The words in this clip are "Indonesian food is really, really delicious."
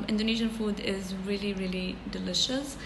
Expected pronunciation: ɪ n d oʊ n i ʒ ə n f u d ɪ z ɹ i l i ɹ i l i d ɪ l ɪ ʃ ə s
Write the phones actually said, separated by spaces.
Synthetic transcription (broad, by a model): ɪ n d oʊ n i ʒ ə n f u d ɪ z ɹ i l i ɹ i l i d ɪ l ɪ ʃ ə s